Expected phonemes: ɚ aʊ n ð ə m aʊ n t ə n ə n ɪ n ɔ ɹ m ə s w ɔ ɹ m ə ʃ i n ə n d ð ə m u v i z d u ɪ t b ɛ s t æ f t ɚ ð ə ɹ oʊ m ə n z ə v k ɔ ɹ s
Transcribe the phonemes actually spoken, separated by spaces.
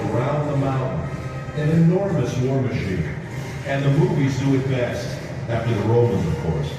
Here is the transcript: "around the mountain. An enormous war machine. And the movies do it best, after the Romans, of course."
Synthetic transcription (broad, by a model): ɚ aʊ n ð ə m aʊ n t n ə n ɪ n ɔ ɹ m ə s w ɔ ɹ m ə ʃ i n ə n ð ə m u v i z d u ɪ t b ɛ s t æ t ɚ ð ə ɹ oʊ m ə n z ə v k ɔ ɹ s